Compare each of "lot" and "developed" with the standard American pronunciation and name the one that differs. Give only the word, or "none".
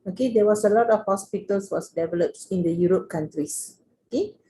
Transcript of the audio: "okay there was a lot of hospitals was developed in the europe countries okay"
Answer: none